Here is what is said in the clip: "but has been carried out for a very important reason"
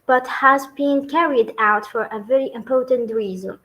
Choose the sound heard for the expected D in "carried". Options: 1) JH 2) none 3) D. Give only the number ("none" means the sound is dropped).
3